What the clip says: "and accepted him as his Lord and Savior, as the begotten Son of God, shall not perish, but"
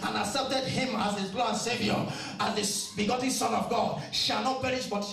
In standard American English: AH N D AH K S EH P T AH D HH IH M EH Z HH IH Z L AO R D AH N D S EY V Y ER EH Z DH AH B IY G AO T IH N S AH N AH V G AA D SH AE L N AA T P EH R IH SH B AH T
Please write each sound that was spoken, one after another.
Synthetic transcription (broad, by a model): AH N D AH S EH P T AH D HH IH M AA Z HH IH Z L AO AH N S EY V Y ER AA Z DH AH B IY G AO T N S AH N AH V G AA D SH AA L N AA T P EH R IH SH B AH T